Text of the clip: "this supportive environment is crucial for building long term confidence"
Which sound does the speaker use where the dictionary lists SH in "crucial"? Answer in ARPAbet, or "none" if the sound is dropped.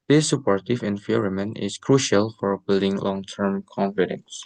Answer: SH